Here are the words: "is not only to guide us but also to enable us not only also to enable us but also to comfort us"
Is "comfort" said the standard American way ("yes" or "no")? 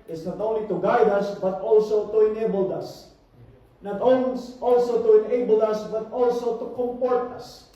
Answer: no